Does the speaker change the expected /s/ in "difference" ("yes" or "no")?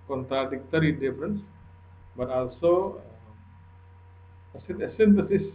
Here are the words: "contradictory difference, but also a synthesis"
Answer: no